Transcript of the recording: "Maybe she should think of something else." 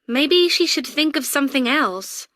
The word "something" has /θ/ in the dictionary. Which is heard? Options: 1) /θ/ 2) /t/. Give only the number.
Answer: 1